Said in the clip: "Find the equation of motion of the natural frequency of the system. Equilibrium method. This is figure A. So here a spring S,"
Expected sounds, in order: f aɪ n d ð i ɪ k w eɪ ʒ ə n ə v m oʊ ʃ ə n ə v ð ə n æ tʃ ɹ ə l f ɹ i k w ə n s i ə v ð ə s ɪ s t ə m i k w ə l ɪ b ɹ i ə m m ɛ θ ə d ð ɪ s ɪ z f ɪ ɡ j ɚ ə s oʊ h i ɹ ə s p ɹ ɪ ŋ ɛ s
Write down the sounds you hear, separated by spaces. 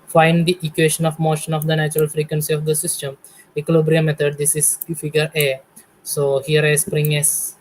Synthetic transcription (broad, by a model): f aɪ n d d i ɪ k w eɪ ʃ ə n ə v m oʊ ʃ ə n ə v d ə n æ tʃ ɹ ə l f ɹ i k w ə n s i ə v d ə s ɪ s t ə m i k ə l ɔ b ɹ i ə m m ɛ t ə d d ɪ s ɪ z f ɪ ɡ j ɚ ə s oʊ h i ɹ ə s p ɹ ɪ ŋ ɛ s